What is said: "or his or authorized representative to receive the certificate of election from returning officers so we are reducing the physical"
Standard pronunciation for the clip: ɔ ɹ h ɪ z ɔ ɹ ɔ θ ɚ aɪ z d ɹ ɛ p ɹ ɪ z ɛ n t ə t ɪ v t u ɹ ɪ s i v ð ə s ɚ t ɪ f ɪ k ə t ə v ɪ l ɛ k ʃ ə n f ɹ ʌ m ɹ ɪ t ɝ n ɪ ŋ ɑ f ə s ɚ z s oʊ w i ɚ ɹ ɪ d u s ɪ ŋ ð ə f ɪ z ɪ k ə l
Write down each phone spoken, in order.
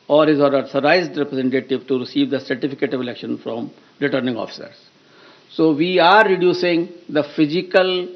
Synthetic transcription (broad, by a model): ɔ ɹ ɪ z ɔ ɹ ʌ s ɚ aɪ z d ɹ ɛ p ɹ ɪ z ɛ n t ə t ɪ v t u ɹ ɪ s i v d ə s ɚ t ɪ f ɪ k ə t ə v ɪ l ɛ k ʃ ə n f ɹ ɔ m ɹ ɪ t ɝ n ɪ ŋ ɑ f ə s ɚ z s oʊ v i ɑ ɹ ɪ d u s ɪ ŋ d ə f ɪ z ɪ k ə l